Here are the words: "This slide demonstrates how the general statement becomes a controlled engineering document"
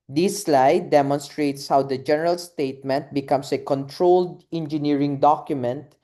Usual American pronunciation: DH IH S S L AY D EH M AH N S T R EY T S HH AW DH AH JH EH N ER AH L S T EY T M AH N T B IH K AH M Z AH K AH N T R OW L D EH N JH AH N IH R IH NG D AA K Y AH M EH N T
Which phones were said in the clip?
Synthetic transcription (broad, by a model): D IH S S L AY D EH M AH N S T R EY T S HH AW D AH JH EH N ER AH L S T EY T M AH N T B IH K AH M S AH K AH N T R OW L D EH N JH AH N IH R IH NG D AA K Y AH M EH N T